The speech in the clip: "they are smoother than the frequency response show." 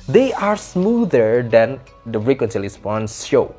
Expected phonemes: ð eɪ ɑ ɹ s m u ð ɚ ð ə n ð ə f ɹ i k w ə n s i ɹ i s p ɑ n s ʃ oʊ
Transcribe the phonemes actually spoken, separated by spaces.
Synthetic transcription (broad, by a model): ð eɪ ɑ ɹ s m u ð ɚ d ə n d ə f ɹ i k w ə n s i l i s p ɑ n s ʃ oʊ